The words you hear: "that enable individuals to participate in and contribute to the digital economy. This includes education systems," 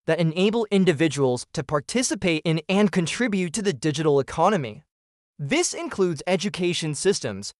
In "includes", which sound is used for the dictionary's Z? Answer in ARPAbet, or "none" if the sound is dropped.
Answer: Z